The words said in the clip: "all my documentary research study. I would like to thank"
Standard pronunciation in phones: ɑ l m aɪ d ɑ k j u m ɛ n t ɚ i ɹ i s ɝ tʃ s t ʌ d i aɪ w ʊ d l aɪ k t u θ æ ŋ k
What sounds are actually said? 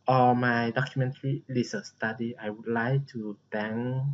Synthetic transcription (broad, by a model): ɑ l m aɪ d ɑ k j u m ɛ n t ɚ i l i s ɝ s t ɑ d i aɪ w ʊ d l aɪ k t u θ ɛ ŋ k